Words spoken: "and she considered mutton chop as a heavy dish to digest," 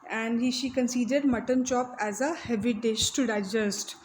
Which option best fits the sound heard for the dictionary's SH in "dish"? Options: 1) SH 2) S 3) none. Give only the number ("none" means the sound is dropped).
1